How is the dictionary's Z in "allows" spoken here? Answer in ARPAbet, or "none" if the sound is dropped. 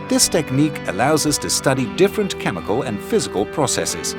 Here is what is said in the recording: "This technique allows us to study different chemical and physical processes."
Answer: Z